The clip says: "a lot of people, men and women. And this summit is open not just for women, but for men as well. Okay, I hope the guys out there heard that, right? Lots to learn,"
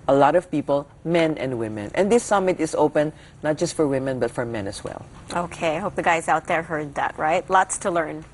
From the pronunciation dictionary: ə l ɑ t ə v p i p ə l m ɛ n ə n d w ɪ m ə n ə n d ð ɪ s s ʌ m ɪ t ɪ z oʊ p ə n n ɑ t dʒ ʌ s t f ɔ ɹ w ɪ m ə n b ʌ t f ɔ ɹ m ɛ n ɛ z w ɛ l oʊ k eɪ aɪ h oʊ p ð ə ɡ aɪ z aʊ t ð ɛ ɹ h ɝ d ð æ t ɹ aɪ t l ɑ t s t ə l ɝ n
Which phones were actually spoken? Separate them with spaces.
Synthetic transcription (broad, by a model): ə l ɑ t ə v p i p ə l m ɛ n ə n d w ɪ m ə n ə n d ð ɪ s s ʌ m ɪ t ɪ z oʊ p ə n n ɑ t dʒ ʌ s t f ɔ ɹ w ɪ m ə n b ʌ t f ɔ ɹ m ɛ n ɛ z w ɛ l oʊ k eɪ aɪ h oʊ p ð ə ɡ aɪ z aʊ t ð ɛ ɹ h ɝ d ð æ t ɹ aɪ t l ɑ t s t ə l ɝ n